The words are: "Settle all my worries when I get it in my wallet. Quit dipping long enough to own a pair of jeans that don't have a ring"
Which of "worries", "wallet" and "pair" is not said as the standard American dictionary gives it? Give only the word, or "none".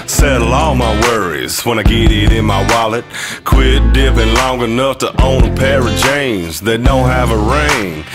none